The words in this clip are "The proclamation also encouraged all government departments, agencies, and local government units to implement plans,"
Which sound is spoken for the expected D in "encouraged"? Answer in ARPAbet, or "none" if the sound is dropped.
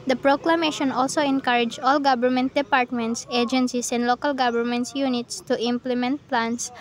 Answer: none